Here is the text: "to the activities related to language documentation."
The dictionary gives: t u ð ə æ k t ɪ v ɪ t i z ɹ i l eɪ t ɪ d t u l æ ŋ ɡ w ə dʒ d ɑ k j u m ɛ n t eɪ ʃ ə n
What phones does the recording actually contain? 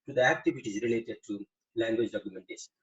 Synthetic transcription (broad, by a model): t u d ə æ k t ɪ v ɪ t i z ɹ i l eɪ t ɪ d t u l æ ŋ ɡ w ə dʒ d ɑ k j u m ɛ n t eɪ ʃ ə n